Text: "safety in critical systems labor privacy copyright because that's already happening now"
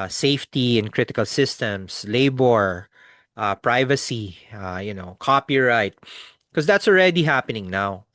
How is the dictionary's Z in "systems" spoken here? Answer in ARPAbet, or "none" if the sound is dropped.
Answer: S